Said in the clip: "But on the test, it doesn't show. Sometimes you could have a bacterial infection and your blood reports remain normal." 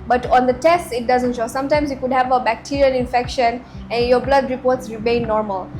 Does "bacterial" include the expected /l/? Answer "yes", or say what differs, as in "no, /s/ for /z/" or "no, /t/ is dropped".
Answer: no, /n/ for /l/